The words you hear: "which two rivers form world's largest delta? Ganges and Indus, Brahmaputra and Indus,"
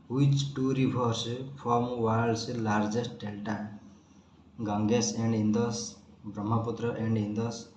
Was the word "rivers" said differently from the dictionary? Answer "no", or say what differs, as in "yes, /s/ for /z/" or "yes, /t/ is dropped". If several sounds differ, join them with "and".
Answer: yes, /b/ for /v/